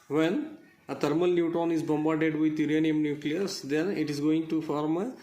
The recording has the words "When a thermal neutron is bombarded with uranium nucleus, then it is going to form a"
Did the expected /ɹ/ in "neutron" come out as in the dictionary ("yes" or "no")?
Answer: no